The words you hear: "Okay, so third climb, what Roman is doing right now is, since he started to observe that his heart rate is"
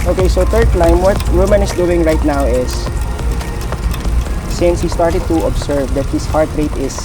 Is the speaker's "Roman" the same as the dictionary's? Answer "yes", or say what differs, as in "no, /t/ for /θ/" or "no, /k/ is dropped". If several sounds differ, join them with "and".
no, /w/ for /ɹ/